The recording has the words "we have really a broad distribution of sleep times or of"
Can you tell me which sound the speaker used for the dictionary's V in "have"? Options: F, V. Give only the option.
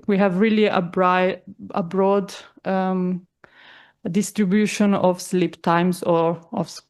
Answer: V